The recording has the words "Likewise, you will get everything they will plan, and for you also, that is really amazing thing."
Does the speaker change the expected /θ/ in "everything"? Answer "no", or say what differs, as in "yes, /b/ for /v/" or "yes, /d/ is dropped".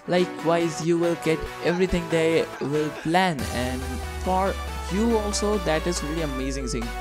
yes, /t/ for /θ/